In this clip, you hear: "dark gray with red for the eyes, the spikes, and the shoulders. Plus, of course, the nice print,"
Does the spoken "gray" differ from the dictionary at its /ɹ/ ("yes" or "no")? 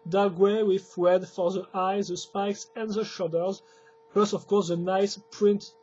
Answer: yes